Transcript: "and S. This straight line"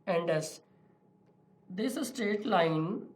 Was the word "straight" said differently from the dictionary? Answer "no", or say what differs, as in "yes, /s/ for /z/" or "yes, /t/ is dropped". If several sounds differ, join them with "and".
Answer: yes, /ɹ/ is dropped